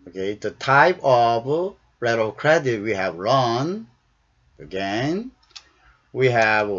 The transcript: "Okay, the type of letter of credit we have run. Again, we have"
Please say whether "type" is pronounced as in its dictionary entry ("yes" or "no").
yes